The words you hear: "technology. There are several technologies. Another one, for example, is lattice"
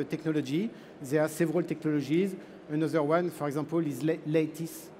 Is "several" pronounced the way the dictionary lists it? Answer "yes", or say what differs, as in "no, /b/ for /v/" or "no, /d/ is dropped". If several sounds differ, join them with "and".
yes